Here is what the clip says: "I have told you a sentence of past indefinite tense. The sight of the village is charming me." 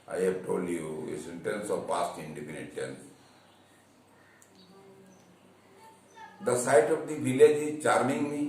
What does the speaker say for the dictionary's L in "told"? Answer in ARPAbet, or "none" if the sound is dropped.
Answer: L